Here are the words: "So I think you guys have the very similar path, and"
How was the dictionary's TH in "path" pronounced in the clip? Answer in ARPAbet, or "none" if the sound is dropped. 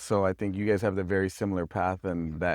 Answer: TH